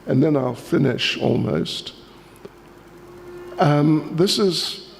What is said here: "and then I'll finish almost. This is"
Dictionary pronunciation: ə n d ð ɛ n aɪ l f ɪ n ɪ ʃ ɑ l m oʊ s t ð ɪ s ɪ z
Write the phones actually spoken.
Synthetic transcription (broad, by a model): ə n ð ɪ n aɪ l f ɪ n ɪ ʃ ɑ l m oʊ s t ð ɪ s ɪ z